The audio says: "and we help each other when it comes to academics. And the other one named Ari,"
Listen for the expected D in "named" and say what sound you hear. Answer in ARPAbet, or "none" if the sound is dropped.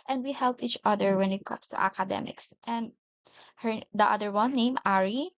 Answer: none